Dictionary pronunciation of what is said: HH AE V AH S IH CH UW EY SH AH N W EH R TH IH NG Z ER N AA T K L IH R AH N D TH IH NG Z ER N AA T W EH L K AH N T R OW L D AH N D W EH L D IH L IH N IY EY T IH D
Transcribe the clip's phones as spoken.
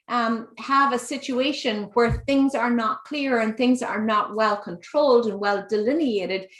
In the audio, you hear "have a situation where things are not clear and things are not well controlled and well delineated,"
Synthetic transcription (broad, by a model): HH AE V AH S IH CH UW EY SH AH N W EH R TH IH NG Z ER N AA T K L IH R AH N TH IH NG Z ER N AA T W EH L K AH N T R OW L D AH N W EH L D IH L IH N IY EY T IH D